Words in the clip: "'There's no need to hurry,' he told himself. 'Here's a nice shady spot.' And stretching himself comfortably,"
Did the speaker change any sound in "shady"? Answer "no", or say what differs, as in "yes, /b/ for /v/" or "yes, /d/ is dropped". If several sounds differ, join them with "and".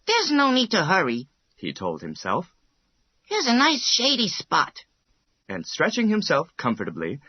no